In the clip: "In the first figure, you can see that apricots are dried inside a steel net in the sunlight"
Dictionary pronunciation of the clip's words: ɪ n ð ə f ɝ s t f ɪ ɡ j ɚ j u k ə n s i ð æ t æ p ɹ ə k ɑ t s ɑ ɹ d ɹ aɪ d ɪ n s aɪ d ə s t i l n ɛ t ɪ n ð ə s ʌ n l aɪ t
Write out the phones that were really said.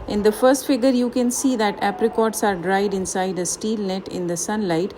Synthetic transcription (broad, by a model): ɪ n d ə f ɝ s t f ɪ ɡ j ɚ j u k ə n s i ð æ t æ p ɹ ə k ɑ t s ɑ ɹ d ɹ aɪ d ɪ n s aɪ d ə s t i l n ɛ t ɪ n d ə s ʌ n l aɪ t